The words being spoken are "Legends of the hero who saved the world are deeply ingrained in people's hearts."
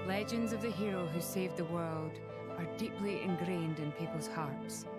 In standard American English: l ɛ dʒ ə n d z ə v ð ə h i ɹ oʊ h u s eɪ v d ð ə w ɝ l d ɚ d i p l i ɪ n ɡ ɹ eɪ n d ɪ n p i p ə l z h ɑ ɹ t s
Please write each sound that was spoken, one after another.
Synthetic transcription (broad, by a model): l ɛ dʒ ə n d z ə v ð ə h i ɹ oʊ h u s eɪ v ð ə w ɝ l d ɚ d i p l i ɪ n ɡ ɹ eɪ n d ɪ n p i p ə l z h ɑ ɹ t s